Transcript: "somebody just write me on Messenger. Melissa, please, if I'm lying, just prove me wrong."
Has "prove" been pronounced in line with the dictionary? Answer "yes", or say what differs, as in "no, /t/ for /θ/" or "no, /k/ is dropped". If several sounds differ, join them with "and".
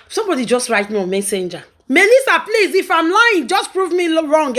yes